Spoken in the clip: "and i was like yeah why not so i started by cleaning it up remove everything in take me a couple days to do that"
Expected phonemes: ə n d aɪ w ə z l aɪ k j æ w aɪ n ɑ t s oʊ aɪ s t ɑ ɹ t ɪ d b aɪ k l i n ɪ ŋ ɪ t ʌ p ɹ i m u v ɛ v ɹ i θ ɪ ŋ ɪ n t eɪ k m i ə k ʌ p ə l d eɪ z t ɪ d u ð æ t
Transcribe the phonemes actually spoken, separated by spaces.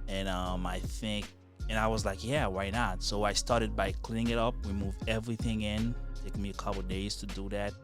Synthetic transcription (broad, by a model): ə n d aɪ w ə z l aɪ k j æ w aɪ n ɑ t s oʊ aɪ s t ɑ ɹ t ɪ d b aɪ k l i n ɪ ŋ ɪ t ʌ p w i m u v ɛ v ɹ i θ ɪ ŋ ɪ n t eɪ k m i ə k ʌ p l d eɪ z t ɪ d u ð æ t